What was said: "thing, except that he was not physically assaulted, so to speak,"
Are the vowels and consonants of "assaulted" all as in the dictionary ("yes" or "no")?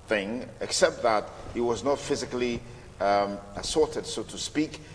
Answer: no